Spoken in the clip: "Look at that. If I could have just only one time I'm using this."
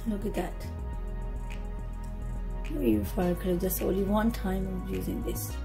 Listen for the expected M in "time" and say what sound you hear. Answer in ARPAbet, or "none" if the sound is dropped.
none